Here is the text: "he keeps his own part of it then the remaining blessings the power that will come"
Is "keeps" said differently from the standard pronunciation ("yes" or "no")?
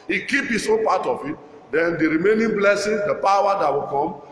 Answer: yes